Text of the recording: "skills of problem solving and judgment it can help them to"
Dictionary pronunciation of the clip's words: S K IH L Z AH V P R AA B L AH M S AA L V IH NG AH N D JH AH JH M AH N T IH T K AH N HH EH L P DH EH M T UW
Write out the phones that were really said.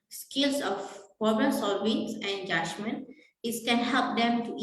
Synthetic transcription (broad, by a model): S K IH L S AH F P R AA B AH S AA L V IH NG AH N JH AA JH M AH N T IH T K AH N HH EH L P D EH M T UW